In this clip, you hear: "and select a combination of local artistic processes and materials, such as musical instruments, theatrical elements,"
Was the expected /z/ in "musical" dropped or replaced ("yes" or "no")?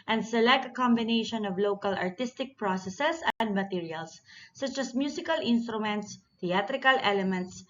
yes